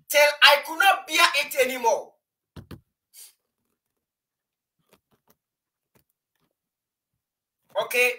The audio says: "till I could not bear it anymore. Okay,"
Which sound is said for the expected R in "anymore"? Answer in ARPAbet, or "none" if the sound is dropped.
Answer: L